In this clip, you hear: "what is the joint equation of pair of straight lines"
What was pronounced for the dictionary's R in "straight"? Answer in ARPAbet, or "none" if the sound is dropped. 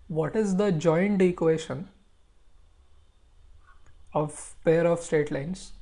none